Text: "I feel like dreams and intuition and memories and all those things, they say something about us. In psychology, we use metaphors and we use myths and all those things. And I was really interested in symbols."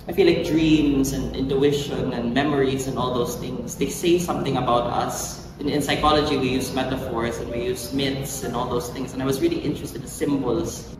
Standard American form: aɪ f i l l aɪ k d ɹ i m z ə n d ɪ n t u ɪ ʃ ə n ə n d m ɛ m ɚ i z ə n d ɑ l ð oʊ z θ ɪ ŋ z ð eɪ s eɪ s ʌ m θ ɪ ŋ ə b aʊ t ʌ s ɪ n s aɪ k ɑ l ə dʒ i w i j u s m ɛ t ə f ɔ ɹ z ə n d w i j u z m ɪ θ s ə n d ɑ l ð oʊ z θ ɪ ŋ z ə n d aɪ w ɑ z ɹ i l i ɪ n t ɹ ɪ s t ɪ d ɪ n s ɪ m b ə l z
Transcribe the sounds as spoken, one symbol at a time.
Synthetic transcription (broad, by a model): aɪ f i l l aɪ k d ɹ i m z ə n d ɪ n t u ɪ ʃ ə n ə n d m ɛ m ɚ i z ə n d ɑ l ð oʊ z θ ɪ ŋ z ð eɪ s eɪ s ʌ m θ ɪ ŋ ə b aʊ t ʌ s ɪ n s aɪ k ɑ l ə dʒ i w i j u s m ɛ t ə f ɔ ɹ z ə n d w i j u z m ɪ t s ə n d ɑ l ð oʊ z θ ɪ ŋ s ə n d aɪ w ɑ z ɹ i l i ɪ n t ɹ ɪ s t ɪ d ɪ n s ɪ m b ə l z